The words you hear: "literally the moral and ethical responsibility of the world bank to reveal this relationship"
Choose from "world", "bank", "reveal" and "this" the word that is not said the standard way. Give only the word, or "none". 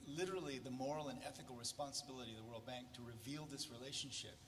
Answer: none